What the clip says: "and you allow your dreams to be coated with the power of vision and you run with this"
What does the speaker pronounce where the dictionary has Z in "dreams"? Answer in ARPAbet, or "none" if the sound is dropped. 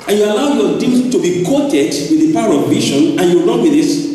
none